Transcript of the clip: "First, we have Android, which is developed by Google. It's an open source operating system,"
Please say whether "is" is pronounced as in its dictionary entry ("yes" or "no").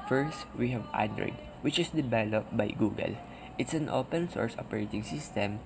no